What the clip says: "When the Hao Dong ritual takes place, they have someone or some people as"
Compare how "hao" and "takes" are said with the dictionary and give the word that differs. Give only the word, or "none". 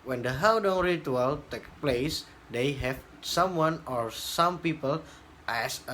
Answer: takes